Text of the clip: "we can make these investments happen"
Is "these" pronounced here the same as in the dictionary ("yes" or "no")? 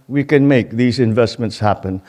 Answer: yes